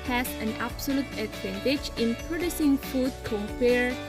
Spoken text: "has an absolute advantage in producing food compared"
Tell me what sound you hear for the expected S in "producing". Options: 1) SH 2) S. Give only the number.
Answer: 2